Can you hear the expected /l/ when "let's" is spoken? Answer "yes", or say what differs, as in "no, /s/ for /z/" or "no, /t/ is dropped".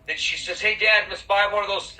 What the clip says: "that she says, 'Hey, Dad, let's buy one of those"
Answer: no, /n/ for /l/